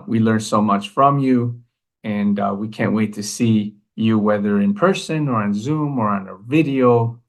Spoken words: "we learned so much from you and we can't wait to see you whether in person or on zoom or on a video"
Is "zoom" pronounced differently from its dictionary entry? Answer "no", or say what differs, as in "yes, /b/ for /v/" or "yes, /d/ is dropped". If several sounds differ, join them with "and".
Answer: no